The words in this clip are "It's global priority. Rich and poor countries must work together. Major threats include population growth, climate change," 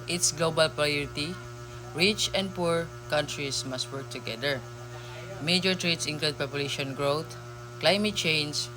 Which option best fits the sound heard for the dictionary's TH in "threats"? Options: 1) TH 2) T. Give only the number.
2